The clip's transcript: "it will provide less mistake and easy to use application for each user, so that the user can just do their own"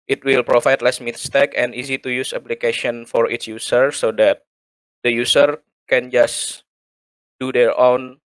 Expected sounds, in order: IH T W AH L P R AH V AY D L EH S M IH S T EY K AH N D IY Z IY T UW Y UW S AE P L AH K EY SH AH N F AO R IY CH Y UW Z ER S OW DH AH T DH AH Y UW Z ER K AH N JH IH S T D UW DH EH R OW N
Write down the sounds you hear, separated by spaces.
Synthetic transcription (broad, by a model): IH T W AH L P R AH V AY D L EH S M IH S T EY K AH N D IY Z IY T UW Y UW S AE P L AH K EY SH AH N F AO R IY S Y UW S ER S OW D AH T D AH Y UW S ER K AH N JH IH S D UW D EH R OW N